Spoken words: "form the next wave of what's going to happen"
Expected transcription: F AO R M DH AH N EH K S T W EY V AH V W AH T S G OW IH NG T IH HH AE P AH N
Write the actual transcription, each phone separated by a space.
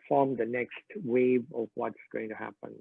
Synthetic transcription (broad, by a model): F AO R M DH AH N EH K S T W EY V AH V W AH T S G OW IH NG T IH HH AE P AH N